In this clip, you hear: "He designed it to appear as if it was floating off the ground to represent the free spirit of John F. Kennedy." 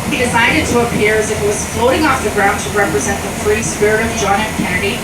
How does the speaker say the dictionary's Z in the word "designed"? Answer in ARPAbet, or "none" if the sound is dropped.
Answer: S